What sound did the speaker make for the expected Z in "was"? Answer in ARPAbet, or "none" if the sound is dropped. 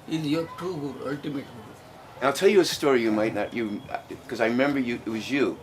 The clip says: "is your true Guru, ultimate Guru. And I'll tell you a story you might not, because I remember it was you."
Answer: Z